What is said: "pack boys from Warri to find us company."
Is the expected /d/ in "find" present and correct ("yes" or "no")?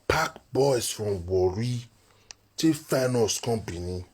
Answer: no